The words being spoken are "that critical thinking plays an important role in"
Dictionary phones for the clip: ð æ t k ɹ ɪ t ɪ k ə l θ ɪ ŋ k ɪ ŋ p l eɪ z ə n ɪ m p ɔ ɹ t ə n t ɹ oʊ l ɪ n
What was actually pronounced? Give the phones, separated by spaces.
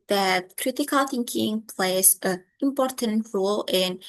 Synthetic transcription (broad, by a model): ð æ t k ɹ ɪ t ɪ k ə l θ ɪ ŋ k ɪ ŋ p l eɪ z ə ɪ m p ɔ ɹ t ə n t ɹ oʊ l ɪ n